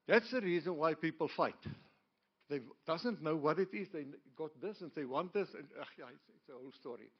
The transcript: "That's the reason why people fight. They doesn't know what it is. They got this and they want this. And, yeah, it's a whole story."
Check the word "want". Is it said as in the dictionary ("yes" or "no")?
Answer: yes